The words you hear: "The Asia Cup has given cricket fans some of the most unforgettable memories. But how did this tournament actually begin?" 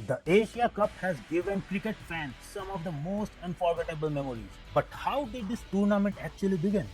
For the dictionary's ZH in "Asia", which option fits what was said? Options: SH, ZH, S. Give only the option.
SH